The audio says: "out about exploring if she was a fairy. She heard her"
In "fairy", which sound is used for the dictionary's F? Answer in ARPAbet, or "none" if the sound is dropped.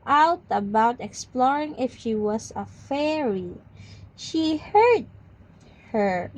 F